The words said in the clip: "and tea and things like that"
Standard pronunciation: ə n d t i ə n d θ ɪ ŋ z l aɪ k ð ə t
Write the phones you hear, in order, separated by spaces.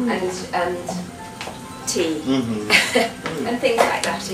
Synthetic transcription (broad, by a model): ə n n t i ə n θ ɪ ŋ z l aɪ k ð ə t